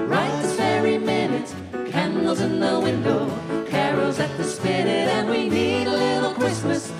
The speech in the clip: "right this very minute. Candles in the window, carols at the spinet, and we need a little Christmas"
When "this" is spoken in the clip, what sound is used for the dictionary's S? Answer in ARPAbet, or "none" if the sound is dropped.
none